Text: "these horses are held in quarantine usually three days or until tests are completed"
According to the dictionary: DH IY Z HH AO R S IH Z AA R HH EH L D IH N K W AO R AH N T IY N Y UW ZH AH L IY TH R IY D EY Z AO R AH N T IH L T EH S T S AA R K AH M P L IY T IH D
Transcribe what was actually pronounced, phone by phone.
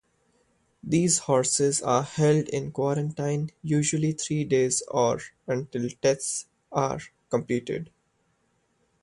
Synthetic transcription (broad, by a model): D IY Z HH AO R S IH Z AA R HH EH L D IH N K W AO R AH N T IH N Y UW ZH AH L IY T R IY D EY Z AO R AH N T IH L T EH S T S AA R K AH M P L IY T IH D